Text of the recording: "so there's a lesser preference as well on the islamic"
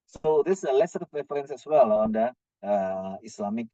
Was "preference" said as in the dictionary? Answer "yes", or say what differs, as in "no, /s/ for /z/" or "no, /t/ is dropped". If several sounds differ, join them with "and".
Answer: no, /f/ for /p/